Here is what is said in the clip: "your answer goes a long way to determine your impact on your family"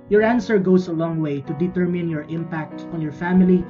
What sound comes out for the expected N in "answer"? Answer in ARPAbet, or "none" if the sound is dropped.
N